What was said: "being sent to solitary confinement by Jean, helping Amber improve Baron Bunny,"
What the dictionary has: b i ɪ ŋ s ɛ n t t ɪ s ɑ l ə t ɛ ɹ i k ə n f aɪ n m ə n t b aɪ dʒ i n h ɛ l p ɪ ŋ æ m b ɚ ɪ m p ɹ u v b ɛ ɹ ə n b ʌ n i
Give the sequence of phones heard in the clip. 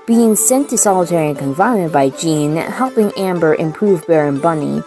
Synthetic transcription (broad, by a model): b i ɪ ŋ s ɛ n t t ɪ s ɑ l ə t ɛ ɹ i k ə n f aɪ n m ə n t b aɪ dʒ i n h ɛ l p ɪ ŋ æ m b ɚ ɪ m p ɹ u v b ɛ ɹ ə n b ʌ n i